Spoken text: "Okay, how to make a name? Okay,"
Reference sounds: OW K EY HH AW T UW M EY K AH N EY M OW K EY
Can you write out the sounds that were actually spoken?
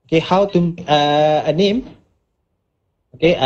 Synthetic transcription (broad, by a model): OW K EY HH AW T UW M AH AH N EY M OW K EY